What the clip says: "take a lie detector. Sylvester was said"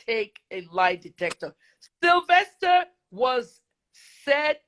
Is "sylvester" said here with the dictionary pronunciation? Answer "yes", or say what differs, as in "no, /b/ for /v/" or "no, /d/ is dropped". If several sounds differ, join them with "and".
yes